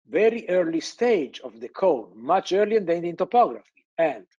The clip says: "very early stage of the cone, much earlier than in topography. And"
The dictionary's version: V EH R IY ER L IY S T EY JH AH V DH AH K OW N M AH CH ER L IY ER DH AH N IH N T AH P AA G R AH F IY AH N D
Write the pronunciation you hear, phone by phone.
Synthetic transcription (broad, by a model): V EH R IY ER L IY S T EY JH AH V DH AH K OW L M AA CH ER L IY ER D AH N IH N T AH P AA G R AH F IY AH N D